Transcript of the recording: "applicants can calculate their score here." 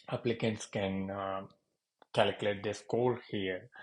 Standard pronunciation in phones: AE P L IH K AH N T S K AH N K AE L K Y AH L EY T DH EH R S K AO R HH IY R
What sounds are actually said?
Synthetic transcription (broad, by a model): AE P L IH K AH N T S K AH N K AE L K Y AH L EY T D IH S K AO L HH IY R